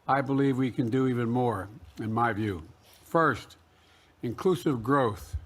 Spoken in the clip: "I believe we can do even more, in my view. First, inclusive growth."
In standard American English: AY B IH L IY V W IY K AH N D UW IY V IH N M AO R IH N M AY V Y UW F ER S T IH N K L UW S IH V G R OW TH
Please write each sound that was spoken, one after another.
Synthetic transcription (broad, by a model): AY B IH L IY V W IY K AH N D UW IY V IH N M AO R IH N M AY V Y UW F ER S T IH N K L UW S IH V G R OW TH